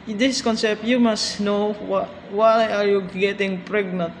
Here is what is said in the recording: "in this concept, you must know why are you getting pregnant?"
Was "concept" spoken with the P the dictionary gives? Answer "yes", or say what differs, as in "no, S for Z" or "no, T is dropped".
yes